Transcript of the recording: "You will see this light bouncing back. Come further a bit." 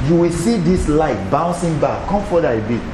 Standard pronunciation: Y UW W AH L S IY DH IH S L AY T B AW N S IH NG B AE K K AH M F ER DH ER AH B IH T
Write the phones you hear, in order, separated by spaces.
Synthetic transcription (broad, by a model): Y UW W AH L S IY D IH S L AY T B AW N S IH NG B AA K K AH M F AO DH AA AH B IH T